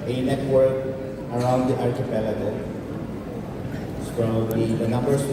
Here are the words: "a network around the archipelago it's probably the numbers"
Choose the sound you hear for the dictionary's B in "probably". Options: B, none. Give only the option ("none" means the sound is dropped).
none